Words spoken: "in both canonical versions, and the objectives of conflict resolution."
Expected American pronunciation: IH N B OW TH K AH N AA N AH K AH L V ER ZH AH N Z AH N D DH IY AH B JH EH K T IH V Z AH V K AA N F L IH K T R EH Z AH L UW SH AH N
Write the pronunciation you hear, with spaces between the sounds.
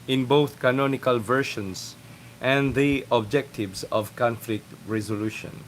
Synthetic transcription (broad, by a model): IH N B OW TH K AH N AA N AH K AH L V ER SH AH N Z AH N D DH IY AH B JH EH K T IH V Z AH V K AA N F L IH K T R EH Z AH L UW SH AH N